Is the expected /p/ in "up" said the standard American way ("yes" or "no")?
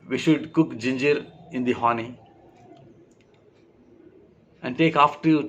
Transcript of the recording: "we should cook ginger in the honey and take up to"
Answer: no